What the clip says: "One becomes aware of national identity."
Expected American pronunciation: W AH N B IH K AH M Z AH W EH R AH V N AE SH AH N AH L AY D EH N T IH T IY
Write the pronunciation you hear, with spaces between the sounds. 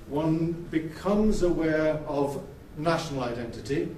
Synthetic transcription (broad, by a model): W AH N B IH K AH M Z AH W EH R AH V N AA SH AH N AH L AY D EH N T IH T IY